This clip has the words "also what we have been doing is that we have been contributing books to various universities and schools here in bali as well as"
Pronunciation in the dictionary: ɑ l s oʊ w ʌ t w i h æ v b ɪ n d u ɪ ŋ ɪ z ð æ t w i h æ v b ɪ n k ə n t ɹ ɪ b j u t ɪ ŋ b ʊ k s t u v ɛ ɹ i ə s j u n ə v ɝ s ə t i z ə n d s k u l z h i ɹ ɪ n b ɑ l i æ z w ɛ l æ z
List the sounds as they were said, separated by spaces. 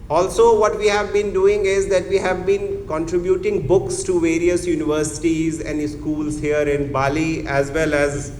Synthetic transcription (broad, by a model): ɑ l s oʊ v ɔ t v i h æ v b ɪ n d u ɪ ŋ ɪ z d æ t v i h æ v b ɪ n k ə n t ɹ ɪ b j u t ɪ ŋ b ʊ k s t u v ɛ ɹ i ə s j u n ə v ɝ s ə t i z ə n d s k u l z h i ɹ ɪ n b ɑ l i æ z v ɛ l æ z